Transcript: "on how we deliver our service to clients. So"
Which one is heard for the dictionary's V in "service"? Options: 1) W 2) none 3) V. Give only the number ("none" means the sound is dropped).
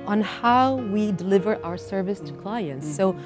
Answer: 3